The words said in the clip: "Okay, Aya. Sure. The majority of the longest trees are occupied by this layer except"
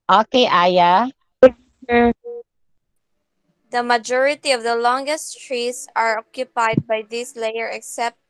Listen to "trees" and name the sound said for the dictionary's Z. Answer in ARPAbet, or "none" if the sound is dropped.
S